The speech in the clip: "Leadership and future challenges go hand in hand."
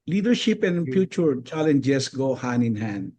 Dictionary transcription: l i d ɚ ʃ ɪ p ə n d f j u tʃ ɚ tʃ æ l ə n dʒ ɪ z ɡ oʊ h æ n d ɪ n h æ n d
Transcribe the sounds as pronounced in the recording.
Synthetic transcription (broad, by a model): l i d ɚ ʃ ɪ p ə n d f j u tʃ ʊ tʃ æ l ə n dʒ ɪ s ɡ oʊ h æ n ɪ n h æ n d